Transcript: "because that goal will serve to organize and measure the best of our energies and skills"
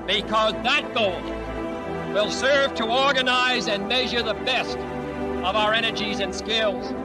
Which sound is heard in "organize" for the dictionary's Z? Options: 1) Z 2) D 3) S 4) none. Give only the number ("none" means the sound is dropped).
1